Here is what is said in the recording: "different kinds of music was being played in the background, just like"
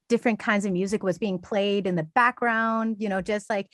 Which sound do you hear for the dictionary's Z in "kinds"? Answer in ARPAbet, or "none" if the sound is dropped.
Z